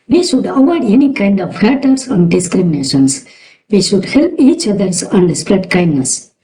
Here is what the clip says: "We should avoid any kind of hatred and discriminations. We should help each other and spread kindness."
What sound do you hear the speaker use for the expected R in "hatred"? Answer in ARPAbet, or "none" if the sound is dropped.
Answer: none